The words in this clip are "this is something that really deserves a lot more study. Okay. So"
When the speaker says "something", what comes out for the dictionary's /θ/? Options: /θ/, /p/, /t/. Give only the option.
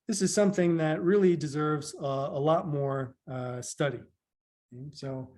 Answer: /θ/